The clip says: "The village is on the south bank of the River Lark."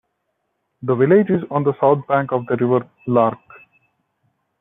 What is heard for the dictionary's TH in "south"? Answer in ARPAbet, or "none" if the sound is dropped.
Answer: T